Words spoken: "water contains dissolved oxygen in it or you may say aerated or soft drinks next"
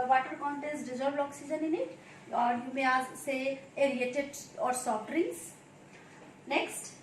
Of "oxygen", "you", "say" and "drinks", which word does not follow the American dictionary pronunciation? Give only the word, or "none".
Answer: drinks